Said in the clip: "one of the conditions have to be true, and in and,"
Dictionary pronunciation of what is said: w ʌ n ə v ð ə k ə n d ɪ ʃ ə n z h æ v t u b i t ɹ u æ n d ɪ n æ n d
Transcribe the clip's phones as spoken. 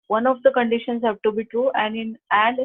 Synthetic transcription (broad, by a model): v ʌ n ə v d ə k ə n d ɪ ʃ ə n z h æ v t u b i t ɹ u æ n d ɪ n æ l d